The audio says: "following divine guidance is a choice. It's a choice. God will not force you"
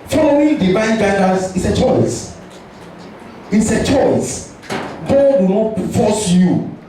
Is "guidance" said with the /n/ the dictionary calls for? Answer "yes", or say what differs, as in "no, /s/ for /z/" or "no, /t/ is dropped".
no, /n/ is dropped